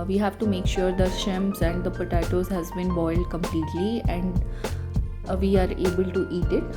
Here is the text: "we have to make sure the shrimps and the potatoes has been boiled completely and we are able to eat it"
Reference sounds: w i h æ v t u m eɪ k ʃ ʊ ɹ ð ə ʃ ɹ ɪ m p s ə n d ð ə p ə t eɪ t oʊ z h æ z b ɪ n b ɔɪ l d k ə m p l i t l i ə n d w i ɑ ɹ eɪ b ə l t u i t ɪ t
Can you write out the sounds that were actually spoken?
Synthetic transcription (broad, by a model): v i h æ v t u m eɪ k ʃ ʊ ɹ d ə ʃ ɪ m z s ə n d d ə p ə t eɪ t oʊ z h æ z b ɪ n b ɔɪ l d k ə m p l i t l i ə n d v i ɑ ɹ eɪ b ə l t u i t ɪ t